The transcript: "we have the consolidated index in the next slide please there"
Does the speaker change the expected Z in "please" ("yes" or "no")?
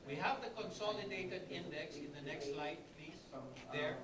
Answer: yes